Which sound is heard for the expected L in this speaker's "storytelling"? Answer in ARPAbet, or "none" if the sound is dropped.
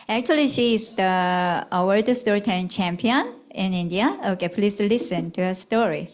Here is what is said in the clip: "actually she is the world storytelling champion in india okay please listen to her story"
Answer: none